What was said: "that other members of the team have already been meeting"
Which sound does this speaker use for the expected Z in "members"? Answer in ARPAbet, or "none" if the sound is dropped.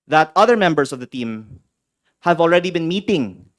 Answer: S